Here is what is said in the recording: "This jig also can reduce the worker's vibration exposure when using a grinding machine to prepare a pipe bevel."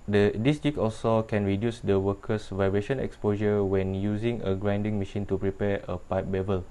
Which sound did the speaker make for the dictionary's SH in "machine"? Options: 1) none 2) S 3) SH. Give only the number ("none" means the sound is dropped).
3